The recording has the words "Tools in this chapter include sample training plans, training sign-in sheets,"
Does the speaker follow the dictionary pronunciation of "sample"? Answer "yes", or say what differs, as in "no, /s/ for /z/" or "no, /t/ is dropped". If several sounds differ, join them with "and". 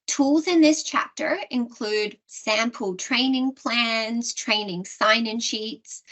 yes